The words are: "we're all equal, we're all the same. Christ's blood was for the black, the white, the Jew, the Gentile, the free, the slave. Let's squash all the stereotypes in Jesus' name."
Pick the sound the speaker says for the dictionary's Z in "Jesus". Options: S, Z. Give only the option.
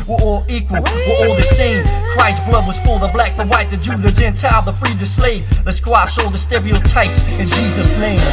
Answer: Z